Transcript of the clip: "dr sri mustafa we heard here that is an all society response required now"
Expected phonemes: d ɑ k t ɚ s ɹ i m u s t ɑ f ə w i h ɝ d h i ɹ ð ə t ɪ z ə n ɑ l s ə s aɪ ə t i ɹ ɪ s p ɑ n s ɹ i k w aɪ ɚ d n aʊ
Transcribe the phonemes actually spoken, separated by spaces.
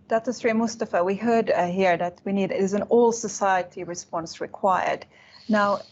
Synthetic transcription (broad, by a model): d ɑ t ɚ s ɹ i m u s t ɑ f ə w i h ɝ d h i ɹ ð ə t ɪ z ə n ɑ l s ə s aɪ ə t i ɹ ɪ s p ɑ n s ɹ i k w aɪ ɚ d n aʊ